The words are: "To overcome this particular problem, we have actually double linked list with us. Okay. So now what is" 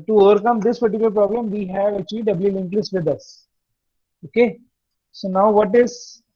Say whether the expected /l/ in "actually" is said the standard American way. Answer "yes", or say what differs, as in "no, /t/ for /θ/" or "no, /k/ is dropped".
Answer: no, /l/ is dropped